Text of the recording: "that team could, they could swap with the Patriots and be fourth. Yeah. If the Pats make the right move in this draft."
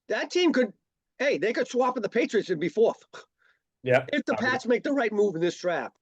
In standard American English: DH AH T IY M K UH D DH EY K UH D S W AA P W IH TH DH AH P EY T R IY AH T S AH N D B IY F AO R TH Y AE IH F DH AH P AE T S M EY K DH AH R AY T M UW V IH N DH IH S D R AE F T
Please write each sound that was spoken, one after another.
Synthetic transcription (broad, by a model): DH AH T IY M K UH D DH EY K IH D S W AA P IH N DH AH P EY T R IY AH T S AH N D B IY F AO R TH Y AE IH F DH AH P AE T S M EY K DH AH R AY T M UW V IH N DH IH S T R AE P